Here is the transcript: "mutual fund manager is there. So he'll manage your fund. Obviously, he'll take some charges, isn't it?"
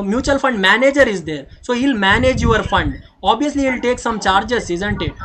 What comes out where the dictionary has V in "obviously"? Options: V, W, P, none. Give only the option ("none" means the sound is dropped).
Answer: none